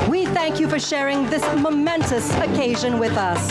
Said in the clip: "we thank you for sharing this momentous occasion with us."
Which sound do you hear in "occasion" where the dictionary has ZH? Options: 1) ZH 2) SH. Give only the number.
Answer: 1